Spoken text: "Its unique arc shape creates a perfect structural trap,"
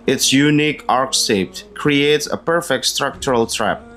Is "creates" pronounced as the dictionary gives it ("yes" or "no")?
yes